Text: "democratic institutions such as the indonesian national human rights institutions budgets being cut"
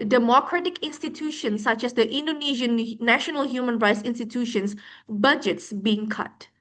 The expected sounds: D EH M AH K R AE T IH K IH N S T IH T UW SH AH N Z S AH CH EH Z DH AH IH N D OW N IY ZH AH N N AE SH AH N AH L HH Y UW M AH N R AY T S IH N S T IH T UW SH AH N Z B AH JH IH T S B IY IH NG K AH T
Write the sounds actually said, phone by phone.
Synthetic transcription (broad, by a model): D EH M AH K R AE T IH K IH N S T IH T UW SH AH N S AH CH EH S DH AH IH N D OW N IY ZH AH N N AE SH AH N AH L HH Y UW M AH N R AY T S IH N S T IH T UW SH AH N S B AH JH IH T S B IY IH NG K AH T